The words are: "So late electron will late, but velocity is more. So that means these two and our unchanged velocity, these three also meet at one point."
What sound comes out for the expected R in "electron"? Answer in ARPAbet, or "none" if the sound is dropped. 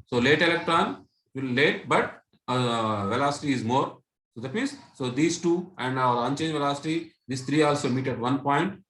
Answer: R